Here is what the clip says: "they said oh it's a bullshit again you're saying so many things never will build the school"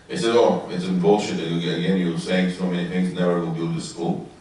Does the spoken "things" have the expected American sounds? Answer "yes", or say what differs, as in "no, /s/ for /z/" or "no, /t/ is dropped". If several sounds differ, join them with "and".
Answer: yes